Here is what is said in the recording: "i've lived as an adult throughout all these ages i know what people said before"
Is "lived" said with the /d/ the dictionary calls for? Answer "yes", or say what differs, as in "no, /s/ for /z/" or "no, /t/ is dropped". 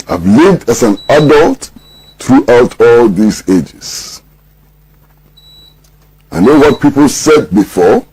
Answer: yes